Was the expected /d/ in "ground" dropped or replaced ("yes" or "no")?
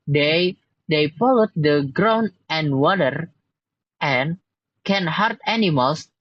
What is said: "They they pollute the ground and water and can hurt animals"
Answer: yes